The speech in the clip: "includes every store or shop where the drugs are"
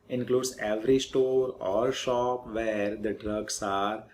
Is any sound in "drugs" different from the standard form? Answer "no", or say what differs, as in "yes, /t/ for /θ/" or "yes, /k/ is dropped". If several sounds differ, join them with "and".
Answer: yes, /s/ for /z/